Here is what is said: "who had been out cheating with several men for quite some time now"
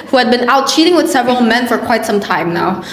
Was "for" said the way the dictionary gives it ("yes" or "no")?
yes